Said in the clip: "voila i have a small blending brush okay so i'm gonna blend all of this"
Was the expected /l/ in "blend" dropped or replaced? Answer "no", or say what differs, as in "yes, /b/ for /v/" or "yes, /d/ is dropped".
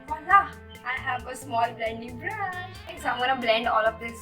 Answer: no